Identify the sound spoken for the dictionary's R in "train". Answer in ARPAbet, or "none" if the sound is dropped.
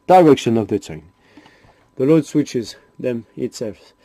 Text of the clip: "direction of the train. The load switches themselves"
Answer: none